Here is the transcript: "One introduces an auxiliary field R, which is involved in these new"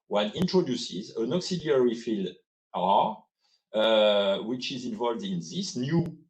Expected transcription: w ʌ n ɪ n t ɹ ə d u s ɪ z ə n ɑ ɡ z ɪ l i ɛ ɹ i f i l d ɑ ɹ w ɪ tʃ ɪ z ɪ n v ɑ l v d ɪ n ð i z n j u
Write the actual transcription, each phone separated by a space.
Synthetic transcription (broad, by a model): w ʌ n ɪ n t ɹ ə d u s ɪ z ə n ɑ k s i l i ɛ ɹ i f i l d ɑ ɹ w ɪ tʃ ɪ z ɪ n v ɑ l v d ɪ n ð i s n j u